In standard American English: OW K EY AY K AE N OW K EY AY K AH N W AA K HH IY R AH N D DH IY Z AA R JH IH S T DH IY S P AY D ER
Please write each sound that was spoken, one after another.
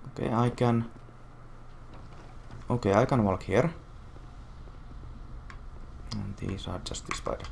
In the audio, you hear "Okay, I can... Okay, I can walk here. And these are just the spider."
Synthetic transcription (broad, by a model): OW K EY AY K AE N OW K EY AY K AH N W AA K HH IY R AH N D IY S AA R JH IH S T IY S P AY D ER